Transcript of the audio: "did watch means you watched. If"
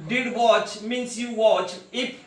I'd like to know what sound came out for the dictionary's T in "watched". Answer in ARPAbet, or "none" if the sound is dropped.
none